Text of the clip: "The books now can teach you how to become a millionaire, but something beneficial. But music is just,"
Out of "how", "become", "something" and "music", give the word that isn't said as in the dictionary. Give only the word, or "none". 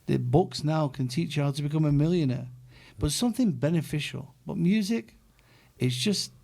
none